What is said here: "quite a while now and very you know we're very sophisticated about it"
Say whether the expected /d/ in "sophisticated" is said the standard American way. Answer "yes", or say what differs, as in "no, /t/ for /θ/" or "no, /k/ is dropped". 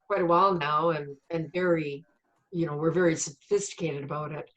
yes